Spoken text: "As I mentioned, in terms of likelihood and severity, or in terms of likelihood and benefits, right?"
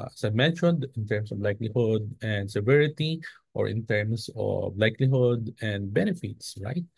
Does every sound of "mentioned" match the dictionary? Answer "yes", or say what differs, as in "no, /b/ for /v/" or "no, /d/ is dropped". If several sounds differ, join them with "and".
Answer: yes